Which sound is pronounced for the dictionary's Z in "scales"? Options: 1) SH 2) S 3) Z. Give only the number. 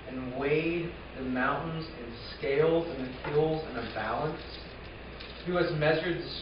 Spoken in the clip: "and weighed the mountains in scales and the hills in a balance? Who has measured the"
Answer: 3